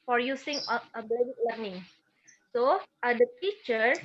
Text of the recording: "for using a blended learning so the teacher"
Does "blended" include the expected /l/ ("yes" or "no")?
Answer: no